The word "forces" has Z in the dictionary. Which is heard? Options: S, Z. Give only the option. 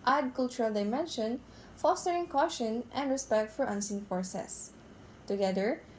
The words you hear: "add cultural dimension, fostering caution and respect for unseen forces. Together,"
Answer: S